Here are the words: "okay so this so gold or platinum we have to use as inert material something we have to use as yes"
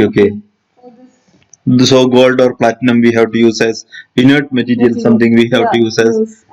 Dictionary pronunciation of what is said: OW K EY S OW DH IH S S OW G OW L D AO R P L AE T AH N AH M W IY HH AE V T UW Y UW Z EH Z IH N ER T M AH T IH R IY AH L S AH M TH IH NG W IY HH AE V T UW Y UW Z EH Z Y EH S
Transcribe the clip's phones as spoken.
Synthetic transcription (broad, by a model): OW K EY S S S OW G OW L D AO R P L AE T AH N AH M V IY HH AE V T UW Y UW Z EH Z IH N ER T M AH T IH R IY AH L S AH M T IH NG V IY HH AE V T UW Y UW Z EH Z